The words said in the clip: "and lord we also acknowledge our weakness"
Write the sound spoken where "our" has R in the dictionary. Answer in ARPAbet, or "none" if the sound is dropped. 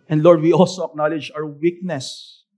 W